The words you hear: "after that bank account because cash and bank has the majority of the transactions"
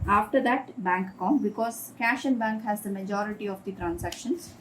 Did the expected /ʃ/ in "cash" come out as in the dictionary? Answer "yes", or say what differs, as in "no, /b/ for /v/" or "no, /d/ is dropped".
yes